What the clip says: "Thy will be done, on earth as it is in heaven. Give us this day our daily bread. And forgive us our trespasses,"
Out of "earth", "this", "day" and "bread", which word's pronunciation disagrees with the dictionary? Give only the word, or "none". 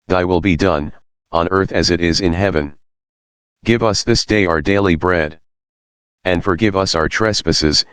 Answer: none